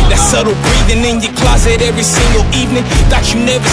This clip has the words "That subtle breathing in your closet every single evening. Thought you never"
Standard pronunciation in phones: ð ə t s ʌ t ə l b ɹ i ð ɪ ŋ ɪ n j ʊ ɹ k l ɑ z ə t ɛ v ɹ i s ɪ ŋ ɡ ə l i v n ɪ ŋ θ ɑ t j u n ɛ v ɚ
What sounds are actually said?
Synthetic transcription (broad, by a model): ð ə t s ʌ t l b ɹ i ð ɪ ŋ ɪ n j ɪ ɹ k l ɑ z ə t ɛ v ɹ i s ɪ ŋ ɡ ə l i v n ɪ ŋ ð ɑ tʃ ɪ n ɛ v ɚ